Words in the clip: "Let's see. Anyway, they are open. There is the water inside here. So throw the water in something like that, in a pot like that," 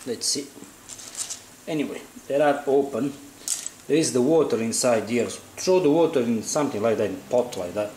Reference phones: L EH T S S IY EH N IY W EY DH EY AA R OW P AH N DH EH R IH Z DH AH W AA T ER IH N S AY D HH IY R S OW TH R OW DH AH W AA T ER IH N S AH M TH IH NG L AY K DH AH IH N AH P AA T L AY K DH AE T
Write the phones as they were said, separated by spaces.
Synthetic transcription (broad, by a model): L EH T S S IY EH N IY W EY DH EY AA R OW P AH N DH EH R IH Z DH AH W AA T ER IH N S AY D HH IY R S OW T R OW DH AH W AA T ER IH N S AH M TH IH NG L AY K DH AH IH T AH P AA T L AY K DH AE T